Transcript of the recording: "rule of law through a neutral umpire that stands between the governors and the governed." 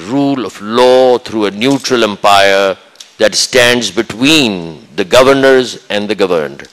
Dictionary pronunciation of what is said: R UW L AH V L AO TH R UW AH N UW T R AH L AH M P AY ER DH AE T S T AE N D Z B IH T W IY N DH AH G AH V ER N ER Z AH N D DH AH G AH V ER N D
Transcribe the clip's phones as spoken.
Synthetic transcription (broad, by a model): R UW L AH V L AO T R UW AH N UW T R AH L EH M P AY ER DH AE T S T AE N D Z B IH T W IY N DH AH G AH V ER N ER Z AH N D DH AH G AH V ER N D